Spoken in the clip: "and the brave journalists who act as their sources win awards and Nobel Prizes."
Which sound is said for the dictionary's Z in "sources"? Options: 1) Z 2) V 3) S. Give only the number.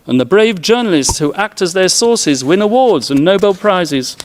1